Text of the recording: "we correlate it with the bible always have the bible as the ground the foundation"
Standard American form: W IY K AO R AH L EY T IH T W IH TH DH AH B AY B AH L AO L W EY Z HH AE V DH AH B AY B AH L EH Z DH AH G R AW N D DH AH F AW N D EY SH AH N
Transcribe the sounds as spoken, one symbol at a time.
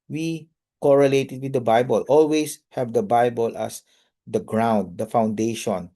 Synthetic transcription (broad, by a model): W IY K AO R AH L EY T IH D W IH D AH B AY B AH L AO L W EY S HH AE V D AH B AY B AH L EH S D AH G R AW N D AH F AW N D EY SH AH N